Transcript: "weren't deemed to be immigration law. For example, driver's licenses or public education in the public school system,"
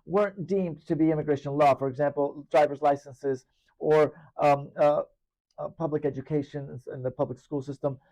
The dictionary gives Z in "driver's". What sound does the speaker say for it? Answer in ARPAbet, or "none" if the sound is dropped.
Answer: Z